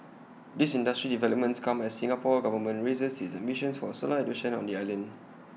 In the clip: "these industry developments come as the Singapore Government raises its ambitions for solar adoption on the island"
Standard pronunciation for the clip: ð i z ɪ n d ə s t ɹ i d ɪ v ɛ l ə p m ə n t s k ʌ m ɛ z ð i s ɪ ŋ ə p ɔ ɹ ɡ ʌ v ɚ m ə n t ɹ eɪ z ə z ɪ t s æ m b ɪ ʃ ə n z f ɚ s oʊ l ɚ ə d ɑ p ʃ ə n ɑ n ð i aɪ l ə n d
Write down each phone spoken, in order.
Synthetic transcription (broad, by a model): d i s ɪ n d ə s t ɹ i d ɪ v ɛ l ə p m ə n t s k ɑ m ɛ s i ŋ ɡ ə p ɔ ɡ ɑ v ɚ m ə n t ɹ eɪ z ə s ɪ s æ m ɪ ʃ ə n s f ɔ s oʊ l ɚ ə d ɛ ʃ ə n ɑ n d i aɪ l ə n d